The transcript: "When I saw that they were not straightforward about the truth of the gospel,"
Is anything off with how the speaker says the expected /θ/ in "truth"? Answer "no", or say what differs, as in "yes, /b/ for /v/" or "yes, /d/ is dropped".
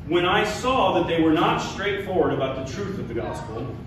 no